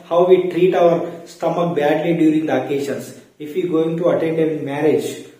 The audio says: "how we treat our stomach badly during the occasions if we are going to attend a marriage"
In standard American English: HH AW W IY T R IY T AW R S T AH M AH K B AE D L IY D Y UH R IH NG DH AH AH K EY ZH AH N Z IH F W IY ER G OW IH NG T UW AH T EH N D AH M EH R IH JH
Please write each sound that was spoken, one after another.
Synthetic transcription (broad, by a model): HH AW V IY T R IY T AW R S T AH M AH K B AE D L IY D Y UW R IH NG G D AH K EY SH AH N S IH F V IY G OW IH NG T UW AH T EH N D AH M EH R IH JH